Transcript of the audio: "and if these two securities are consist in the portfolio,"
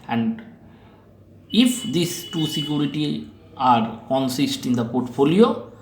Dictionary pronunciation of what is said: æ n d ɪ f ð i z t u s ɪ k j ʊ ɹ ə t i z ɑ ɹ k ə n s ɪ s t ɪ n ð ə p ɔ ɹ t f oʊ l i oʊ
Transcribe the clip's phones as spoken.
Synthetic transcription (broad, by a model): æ n d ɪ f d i s t u s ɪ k j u ɹ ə t i ɑ ɹ k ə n s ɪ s t ɪ n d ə p ɔ ɹ t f oʊ l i oʊ